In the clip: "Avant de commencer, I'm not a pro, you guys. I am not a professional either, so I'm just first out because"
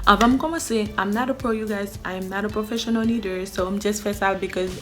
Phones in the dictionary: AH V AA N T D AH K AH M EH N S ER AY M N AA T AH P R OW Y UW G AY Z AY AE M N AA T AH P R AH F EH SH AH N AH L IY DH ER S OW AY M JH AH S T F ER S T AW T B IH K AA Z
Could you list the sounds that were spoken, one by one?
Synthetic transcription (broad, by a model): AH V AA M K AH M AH S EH AY M N AA T AH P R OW Y UW G AY Z AY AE M N AA T AH P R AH F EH SH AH N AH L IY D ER S OW AY M JH AH S T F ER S AW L B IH K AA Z